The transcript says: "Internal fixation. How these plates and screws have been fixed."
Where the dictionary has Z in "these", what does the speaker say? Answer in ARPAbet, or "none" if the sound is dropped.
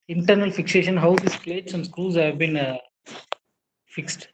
S